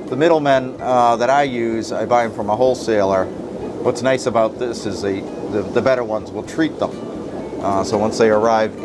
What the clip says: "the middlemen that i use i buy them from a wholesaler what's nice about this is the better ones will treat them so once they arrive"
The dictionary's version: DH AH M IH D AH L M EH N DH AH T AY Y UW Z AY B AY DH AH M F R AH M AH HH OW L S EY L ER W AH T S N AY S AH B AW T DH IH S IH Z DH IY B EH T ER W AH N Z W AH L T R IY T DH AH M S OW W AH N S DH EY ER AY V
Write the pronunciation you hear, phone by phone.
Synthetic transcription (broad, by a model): DH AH M IH D L M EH N DH AH T AY Y UW Z AY B AY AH M F R AH M AH HH OW L S EY L ER W AH T S N AY S AH B AW T DH IH S IH Z DH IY B EH T ER W AH N Z W AH L T R IY T DH AH M S OW W AH N S DH EY ER AY V